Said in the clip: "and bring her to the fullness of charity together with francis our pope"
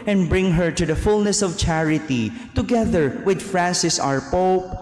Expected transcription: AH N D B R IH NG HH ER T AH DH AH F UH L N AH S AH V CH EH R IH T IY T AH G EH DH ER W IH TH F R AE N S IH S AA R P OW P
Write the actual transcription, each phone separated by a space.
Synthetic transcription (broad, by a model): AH N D B R IH NG HH ER T AH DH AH F UH L N AH S AH V CH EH R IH T IY T AH G EH DH ER W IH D F R AE N S IH S AA R P OW P